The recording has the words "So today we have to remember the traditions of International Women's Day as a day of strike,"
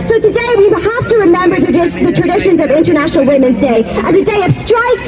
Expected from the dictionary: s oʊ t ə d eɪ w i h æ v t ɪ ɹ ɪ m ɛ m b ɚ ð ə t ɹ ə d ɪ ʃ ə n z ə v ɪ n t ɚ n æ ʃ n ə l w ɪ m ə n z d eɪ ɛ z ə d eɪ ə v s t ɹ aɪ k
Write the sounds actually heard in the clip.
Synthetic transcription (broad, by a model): s oʊ t ə d eɪ w i h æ f t ɪ ɹ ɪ m ɛ m b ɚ ð ə t ɹ ə d ɪ ʃ ə n z ə v ɪ n t ɚ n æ ʃ n l w ɪ m ə n z d eɪ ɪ z ə d eɪ ə v s t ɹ aɪ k